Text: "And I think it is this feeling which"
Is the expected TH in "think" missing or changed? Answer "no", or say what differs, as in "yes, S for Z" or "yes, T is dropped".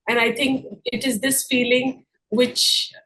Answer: yes, T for TH